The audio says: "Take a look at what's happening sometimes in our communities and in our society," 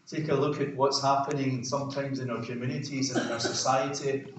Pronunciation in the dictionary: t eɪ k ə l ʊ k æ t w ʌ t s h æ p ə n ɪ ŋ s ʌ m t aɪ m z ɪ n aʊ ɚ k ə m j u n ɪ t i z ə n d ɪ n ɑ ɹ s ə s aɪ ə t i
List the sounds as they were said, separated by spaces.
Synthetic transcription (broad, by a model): t eɪ k ə l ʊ k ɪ t w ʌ t s h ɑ p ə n ɪ ŋ s ʌ m t aɪ m z ɪ n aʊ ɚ k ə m j u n ɪ t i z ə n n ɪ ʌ ɹ s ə s aɪ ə t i